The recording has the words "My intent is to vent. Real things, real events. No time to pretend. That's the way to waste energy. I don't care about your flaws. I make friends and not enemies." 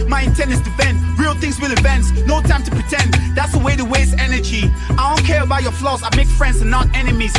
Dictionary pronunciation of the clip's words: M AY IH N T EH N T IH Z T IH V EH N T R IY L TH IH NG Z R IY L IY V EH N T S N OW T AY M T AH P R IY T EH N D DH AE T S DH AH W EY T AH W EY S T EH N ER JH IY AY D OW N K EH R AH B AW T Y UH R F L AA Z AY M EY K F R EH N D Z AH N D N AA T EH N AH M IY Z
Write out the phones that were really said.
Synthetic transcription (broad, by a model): M AY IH N T EH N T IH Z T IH B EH N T R IY L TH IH NG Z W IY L IY V EH N T S N OW T AY M T AH P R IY T EH N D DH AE T S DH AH W EY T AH W EY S EH N ER JH IY AY D OW N K EH R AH B AW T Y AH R F L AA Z AY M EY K F R EH N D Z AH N N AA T EH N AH M IY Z